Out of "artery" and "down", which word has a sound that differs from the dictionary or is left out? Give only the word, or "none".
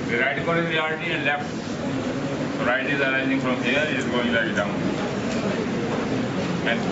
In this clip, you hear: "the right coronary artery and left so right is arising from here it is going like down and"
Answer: artery